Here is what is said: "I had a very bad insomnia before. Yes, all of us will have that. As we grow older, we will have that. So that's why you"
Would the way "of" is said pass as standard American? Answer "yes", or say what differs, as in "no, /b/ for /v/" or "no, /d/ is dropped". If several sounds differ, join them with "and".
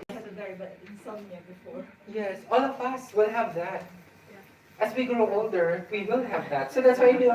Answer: no, /p/ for /v/